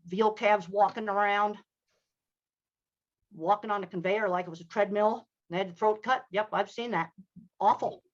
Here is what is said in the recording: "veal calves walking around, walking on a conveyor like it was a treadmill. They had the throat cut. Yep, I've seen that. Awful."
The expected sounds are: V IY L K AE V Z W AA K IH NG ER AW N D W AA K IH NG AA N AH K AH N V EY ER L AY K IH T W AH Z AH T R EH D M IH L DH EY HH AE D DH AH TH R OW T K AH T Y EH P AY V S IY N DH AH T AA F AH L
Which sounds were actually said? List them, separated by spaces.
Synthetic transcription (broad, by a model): V IY L K AE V Z W AA K IH NG ER AW N D W AA K IH NG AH N AH K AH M V EY ER L AY K IH T W AH Z AH T R EH D M IH L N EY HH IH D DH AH TH R OW T K AH T Y EH P AY V S IY N DH AH T AA F L